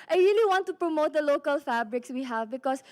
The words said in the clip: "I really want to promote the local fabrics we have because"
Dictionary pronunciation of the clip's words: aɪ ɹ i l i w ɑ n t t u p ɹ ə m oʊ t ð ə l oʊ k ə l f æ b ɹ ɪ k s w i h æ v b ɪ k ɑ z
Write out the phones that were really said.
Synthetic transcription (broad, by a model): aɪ ɹ i l i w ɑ n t t u p ɹ ə m oʊ t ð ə l oʊ k ə l f æ b ɹ ɪ k s w i h æ v b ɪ k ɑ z